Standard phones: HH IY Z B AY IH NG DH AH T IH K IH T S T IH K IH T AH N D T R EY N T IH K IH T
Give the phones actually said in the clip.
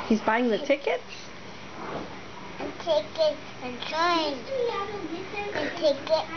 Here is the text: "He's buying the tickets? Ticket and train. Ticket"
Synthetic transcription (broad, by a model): HH IY Z B AY IH NG DH AH T IH K IH T S T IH K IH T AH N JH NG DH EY T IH K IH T